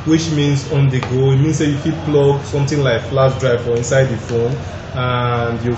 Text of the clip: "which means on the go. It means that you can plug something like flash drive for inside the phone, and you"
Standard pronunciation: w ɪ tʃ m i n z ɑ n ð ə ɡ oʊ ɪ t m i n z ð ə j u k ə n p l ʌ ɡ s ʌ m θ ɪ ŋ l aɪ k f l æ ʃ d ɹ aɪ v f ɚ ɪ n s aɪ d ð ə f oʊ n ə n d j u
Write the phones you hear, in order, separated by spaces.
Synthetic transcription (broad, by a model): w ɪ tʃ m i n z ɑ n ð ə ɡ oʊ ɪ t m i n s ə j u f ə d p l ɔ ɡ s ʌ m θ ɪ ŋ l aɪ k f l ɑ s d ɹ aɪ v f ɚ ɪ n s aɪ d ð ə f oʊ n ə n d j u